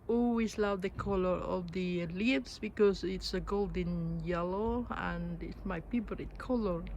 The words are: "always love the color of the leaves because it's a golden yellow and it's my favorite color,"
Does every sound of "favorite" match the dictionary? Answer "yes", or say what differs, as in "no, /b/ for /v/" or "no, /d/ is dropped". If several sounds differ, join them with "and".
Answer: no, /p/ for /f/